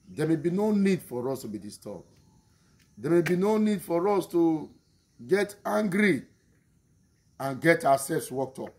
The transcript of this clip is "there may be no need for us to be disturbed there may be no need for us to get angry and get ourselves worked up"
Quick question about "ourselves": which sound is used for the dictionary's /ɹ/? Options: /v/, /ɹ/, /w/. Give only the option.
/w/